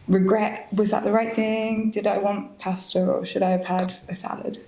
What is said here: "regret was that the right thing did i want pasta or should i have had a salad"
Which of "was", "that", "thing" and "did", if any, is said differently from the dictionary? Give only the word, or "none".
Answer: none